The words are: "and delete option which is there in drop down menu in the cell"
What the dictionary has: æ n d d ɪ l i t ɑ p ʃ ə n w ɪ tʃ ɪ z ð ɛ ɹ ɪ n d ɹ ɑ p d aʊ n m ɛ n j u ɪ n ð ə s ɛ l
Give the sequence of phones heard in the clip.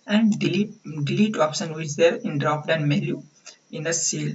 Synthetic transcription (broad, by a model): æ n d d ɪ l i t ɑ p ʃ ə n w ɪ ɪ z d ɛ ɹ ɪ n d ɹ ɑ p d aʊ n m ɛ l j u ɪ n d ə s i l